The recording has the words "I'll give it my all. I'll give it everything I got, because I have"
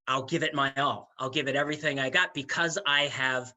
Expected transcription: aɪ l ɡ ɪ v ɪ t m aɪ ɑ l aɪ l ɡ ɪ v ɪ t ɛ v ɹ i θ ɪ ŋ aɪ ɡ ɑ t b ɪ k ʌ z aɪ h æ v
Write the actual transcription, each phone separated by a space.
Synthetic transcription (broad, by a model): aɪ l ɡ ɪ v ɪ t m aɪ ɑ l aɪ l ɡ ɪ v ɪ t ɛ v ɹ i θ ɪ ŋ aɪ ɡ ɑ t b ɪ k ʌ z aɪ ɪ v